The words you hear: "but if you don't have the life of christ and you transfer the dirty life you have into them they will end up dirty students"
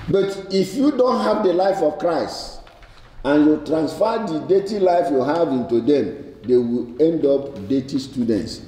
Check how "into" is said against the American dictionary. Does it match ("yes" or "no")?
yes